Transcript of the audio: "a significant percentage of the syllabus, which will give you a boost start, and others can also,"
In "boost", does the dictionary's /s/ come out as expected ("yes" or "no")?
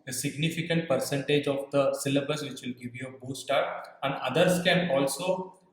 no